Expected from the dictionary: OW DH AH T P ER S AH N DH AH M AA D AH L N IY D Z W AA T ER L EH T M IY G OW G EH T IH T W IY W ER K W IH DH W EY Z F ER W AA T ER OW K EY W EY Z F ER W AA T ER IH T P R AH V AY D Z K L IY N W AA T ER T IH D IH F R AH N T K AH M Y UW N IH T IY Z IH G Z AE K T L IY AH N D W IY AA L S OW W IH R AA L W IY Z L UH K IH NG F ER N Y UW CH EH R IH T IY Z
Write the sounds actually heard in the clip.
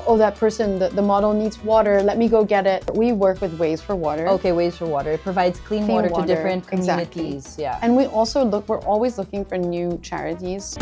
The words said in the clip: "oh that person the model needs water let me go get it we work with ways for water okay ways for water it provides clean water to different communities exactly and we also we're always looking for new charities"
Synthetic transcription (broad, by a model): OW DH AH T P ER S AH N DH AH M AA D L N IY D Z W AA T ER L EH T M IY G OW G EH T IH T W IY W ER K W IH DH W EY Z F ER W AA T ER OW K EY W EY Z F ER W AA T ER IH T P R AH V AY D Z K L IY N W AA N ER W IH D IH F R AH N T K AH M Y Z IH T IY IH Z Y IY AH N W IY AA L S OW W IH R AA L W IY Z L UH K IH NG F ER N Y UW CH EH R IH T IY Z